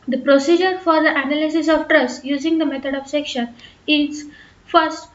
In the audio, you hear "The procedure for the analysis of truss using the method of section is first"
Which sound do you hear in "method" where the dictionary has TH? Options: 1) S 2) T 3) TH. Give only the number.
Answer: 2